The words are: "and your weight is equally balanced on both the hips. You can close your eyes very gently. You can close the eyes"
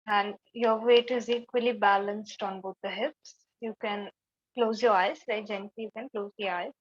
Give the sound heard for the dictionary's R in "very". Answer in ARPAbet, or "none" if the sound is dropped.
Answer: none